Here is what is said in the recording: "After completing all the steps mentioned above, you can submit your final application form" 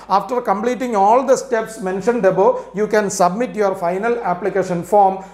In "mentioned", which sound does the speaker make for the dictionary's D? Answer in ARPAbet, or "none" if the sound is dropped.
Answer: D